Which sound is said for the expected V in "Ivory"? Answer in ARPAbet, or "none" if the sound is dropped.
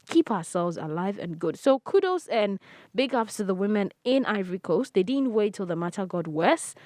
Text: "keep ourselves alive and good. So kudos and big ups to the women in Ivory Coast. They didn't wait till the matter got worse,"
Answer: V